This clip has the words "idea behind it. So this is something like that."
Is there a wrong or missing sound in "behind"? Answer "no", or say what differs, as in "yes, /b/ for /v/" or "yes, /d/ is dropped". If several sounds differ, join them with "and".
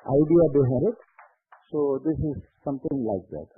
yes, /n/ is dropped